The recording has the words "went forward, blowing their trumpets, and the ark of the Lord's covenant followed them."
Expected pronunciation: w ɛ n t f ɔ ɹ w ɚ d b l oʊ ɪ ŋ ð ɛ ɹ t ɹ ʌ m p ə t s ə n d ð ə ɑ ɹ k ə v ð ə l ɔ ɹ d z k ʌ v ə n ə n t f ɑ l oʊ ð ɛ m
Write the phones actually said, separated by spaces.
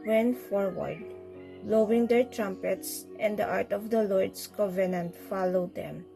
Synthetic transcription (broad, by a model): w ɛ n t f ɔ ɹ w ɚ d l oʊ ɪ ŋ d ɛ ɹ t ɹ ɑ m p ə t s ə n d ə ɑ ɹ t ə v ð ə l ɔ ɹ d s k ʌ v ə n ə n t f ɑ l oʊ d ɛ m